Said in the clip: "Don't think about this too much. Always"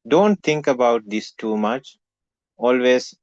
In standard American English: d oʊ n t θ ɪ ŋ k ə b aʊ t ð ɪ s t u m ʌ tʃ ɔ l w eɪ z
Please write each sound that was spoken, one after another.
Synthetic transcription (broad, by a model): d oʊ n t t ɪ ŋ k ə b aʊ t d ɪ s t u m ʌ tʃ ɔ l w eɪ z